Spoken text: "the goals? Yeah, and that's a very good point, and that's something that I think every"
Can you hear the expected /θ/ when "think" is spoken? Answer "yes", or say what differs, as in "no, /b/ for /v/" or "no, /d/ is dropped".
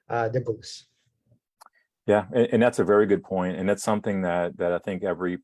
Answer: yes